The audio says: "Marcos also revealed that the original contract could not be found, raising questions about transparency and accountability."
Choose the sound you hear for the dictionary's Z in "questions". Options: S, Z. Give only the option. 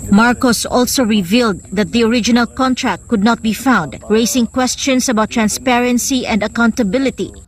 S